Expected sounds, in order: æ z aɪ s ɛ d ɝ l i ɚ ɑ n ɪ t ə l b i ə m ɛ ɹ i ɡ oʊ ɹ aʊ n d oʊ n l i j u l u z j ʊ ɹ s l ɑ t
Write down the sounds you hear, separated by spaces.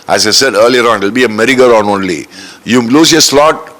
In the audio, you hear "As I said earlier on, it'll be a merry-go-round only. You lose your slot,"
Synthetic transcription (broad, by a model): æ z aɪ s ɛ d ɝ l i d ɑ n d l b i ə m ɛ ɹ i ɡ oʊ ɹ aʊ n oʊ n l i j u l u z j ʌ s l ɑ t